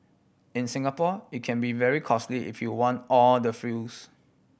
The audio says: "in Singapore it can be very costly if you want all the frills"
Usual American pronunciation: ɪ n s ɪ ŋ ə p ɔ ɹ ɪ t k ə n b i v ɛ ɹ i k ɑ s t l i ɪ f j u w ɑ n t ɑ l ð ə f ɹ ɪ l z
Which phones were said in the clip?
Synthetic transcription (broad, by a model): ɪ n s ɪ ŋ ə p ɔ ɪ t k ə n b i v ɛ ɹ i k ɑ s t l i ɪ f j u w ɑ n t ɑ l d ə f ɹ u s